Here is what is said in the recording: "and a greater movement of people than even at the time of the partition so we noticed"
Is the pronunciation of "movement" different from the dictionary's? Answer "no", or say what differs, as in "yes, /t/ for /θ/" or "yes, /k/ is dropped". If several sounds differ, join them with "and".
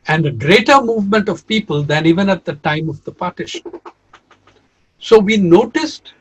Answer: no